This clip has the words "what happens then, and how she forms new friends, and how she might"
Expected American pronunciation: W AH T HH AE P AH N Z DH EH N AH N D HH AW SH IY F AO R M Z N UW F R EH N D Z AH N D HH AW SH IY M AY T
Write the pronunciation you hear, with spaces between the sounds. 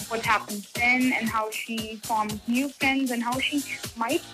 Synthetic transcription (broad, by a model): W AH T HH AE P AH N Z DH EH N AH N HH AW SH IY F AO R M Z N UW F R EH N D Z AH N HH AW SH IY M AY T